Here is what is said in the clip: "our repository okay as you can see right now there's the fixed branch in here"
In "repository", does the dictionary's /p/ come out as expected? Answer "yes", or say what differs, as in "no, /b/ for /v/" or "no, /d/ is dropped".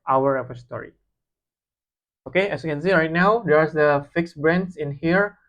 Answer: no, /f/ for /p/